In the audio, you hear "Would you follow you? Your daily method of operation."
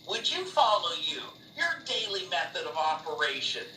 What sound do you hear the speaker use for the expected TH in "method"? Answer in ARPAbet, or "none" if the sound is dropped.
TH